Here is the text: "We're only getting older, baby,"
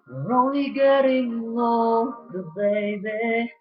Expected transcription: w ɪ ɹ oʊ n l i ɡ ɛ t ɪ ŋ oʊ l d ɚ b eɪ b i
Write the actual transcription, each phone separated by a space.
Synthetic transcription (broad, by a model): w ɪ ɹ oʊ n l i ɡ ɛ t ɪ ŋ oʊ d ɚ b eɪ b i